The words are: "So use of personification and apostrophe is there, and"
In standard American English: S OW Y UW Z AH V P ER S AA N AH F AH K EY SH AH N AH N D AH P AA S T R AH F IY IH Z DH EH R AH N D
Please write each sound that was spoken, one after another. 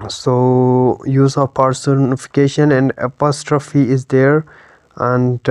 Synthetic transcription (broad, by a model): S OW Y UW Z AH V P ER S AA N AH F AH K EY SH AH N AH N D AH P AA S T R AH F IY IH Z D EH R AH N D